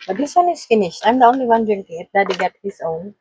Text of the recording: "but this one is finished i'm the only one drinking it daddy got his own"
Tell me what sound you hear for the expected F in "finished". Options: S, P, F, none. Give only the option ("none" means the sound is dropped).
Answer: F